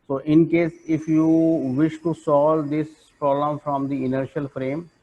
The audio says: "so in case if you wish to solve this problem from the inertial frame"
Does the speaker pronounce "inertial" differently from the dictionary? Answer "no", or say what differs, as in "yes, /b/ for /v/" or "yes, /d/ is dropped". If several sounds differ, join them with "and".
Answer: no